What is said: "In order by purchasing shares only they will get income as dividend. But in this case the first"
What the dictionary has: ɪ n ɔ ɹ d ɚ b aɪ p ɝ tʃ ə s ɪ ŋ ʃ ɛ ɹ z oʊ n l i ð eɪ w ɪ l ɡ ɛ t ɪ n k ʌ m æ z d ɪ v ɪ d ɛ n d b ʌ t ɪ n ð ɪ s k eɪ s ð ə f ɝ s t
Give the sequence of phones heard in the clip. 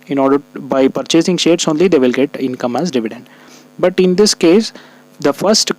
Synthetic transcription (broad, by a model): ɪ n ɔ ɹ d ɚ b aɪ p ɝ tʃ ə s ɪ ŋ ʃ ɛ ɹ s oʊ n l i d eɪ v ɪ l ɡ ɛ t ɪ n k ʌ m æ z d ɪ v ɪ d ɛ n d b ʌ t ɪ n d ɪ s k eɪ s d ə f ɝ s t